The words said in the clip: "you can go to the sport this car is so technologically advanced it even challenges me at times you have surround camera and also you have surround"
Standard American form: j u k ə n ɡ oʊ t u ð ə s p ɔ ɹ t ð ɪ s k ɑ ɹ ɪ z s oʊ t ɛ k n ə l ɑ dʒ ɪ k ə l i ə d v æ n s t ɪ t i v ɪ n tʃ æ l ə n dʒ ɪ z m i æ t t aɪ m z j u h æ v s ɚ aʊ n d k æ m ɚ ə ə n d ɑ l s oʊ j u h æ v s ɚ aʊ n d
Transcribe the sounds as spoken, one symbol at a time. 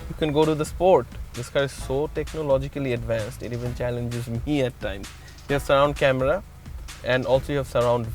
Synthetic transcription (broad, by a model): j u k ə n ɡ oʊ t u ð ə s p ɔ ɹ t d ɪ s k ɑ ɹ ɪ z s oʊ t ɛ k n ə l ɑ dʒ ɪ k ə l i ə d v æ n s t ɪ t i v ɪ n tʃ æ l ə n dʒ ɪ z m i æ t t aɪ m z j u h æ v s ɚ aʊ n d k æ m ɚ ə ə n d ɑ l s oʊ j u h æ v s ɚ aʊ n d